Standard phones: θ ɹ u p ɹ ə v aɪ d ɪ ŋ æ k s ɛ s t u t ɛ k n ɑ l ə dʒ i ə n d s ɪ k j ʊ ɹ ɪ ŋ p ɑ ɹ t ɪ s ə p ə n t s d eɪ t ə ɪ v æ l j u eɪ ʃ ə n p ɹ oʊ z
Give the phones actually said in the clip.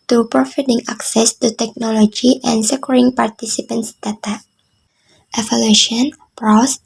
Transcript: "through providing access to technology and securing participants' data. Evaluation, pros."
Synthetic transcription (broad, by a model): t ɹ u p ɹ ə f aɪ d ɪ ŋ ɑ k s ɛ s t u t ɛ k n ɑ l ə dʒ i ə n s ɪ k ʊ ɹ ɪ ŋ p ɑ ɹ t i s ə p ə n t s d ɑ t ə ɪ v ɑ l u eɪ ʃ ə n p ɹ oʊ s